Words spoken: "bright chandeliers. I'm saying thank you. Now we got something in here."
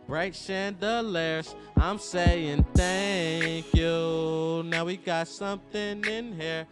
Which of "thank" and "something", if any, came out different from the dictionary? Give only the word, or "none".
none